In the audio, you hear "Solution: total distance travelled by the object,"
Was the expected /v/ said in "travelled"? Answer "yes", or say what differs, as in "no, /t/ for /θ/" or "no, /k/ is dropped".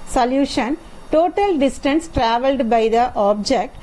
yes